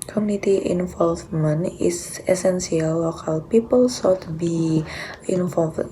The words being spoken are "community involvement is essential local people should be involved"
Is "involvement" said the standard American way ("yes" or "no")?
no